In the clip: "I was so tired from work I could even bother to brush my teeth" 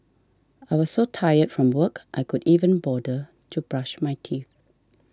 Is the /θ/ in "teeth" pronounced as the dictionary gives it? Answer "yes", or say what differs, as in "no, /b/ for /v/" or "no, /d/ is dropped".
yes